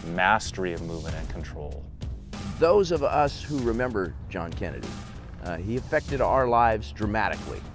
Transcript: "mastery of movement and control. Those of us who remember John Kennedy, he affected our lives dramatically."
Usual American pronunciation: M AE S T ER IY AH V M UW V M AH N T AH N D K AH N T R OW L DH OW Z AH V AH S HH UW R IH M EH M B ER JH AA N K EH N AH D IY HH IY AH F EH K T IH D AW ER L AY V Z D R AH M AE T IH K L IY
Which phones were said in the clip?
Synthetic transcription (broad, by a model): M AE S T ER IY AH V M UW V M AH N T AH N K N T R OW L DH OW Z AH V AH S HH UW R IH M EH M B ER JH AA N K EH N AH D IY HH IY AH F EH K T IH D AW ER L AY V Z D R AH M AE T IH K L IY